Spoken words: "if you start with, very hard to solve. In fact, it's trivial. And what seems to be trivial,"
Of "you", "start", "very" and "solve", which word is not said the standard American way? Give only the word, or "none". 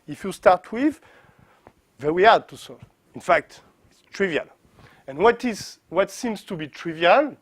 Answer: very